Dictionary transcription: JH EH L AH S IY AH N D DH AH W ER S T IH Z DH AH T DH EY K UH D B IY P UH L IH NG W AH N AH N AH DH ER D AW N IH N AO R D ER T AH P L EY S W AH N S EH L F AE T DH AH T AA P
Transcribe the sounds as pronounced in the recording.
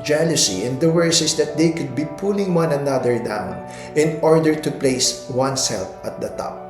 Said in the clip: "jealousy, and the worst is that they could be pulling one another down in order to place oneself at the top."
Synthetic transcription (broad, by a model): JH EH L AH S IY AH N D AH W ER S IH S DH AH T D EY K UH D B IY P UH L IH NG W AH N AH N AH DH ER D AW N IH N AO R D ER T AH P L EY S W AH N S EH L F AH T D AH T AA P